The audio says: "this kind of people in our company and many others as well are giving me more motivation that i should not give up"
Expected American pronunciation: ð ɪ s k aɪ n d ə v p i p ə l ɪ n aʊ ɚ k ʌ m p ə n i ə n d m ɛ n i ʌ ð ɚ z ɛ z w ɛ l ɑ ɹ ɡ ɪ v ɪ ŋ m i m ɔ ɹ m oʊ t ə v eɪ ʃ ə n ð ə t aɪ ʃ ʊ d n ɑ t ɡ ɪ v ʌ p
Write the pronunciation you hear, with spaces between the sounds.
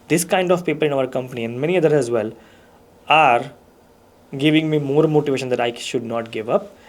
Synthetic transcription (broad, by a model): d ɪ s k aɪ n d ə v p i p ə l ɪ n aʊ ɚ k ʌ m p ə n i ə n d m ɛ n i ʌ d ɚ ɛ z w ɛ l ɑ ɹ ɡ ɪ v ɪ ŋ m i m ɔ ɹ m oʊ t ə v eɪ ʃ ə n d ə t aɪ ʃ ʊ d n ɑ t ɡ ɪ v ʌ p